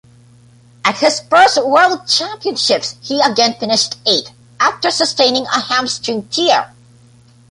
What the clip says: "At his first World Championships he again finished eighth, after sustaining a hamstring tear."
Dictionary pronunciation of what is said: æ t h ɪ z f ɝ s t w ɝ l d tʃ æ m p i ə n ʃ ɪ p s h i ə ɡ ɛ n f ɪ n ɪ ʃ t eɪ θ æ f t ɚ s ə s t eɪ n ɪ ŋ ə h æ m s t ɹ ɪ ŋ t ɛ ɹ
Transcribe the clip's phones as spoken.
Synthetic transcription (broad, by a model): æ t h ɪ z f ɝ s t w ɝ l d tʃ æ m p i ə n ʃ ɪ p s h i ə ɡ ɛ n f ɪ n ɪ ʃ t eɪ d æ f t ɚ s ə s t eɪ n ɪ ŋ ə h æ m s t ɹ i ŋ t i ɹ